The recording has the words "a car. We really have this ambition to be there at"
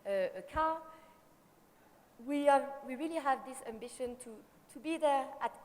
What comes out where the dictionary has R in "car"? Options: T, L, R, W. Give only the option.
W